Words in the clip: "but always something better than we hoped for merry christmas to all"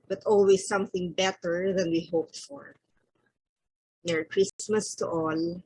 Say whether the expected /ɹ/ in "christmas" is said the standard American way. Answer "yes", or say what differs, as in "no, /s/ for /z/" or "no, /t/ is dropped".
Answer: yes